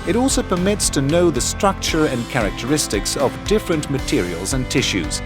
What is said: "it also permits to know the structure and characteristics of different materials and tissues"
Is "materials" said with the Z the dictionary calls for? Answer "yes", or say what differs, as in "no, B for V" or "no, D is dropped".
yes